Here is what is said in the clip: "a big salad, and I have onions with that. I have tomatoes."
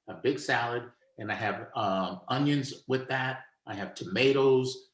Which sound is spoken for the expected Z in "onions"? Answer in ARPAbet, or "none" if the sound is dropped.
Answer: Z